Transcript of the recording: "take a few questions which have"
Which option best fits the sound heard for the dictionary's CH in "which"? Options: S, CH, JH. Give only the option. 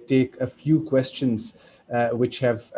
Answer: CH